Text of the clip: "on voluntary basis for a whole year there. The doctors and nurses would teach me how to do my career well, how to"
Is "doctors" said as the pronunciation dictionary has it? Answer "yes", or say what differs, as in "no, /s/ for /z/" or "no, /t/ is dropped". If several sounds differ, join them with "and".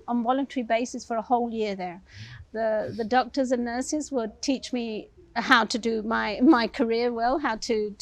yes